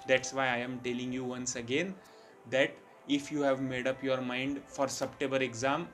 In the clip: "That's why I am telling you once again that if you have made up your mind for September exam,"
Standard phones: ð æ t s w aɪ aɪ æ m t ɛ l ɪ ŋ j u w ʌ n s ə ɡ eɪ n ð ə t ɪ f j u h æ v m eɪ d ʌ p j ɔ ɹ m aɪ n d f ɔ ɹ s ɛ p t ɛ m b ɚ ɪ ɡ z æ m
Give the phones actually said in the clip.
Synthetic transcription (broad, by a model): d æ t s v aɪ aɪ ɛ m t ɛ l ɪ ŋ j u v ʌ n s ə ɡ eɪ n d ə t ɪ f j u h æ v m eɪ d ʌ p j ɔ ɹ m aɪ n d f ɔ ɹ s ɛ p t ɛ b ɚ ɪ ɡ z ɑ m